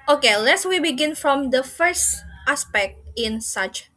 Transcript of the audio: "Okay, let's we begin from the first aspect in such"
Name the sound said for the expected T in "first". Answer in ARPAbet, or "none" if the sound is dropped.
T